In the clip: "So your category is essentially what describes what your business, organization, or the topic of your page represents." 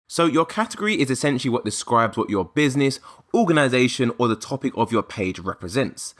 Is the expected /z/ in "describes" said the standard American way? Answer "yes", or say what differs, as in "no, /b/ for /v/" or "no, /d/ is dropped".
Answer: yes